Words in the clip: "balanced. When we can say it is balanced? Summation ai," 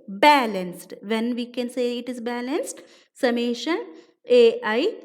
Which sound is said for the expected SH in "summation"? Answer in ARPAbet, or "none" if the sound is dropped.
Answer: SH